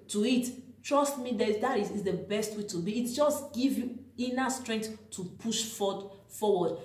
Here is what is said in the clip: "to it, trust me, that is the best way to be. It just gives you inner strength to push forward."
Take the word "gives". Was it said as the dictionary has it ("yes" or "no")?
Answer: no